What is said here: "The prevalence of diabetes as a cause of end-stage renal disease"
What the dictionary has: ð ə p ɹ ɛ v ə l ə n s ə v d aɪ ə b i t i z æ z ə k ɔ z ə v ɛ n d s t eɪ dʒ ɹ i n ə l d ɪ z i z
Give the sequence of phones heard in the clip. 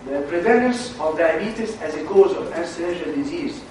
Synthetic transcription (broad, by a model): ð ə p ɹ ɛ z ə n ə s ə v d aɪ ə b i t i s æ z ə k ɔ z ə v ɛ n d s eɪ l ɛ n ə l d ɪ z i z